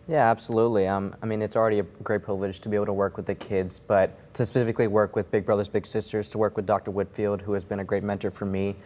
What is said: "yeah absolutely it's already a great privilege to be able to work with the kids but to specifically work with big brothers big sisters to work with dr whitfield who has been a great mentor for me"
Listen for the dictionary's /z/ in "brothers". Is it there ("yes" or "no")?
yes